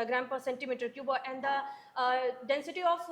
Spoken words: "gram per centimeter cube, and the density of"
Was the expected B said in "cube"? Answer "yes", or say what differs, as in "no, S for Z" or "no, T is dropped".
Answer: yes